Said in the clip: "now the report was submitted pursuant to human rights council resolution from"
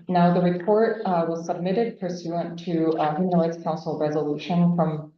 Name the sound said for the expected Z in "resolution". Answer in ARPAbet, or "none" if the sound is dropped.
Z